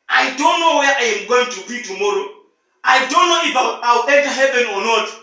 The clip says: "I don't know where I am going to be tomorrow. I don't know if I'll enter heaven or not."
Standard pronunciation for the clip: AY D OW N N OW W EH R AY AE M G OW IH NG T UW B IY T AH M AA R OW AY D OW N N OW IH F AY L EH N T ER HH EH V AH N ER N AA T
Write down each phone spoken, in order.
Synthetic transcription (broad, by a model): AY D OW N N OW W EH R AY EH M G OW IH NG T UW B IY T AH M AA R OW AY D OW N N OW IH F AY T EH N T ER HH EH V AH N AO N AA T